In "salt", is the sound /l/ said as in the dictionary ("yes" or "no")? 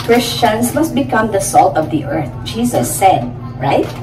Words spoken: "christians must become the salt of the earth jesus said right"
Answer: yes